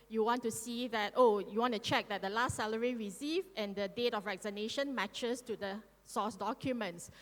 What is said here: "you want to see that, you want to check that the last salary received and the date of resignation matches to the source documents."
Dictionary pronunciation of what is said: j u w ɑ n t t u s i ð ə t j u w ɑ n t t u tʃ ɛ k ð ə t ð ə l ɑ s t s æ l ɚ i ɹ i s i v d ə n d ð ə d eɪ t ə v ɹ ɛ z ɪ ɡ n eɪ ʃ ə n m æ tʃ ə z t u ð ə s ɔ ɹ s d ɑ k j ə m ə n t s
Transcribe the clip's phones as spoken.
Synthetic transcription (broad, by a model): j u w ɑ n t t u s i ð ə t j u w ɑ n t t u tʃ ɛ k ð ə t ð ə l ɑ s t s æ l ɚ i ɹ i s i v ə n d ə d eɪ t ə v ɹ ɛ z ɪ n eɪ ʃ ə n m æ tʃ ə s t u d ə s ɔ s d ɑ k j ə m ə n t s